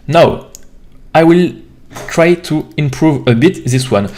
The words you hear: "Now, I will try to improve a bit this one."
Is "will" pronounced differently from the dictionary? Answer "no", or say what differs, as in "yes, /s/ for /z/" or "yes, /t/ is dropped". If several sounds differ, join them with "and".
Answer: no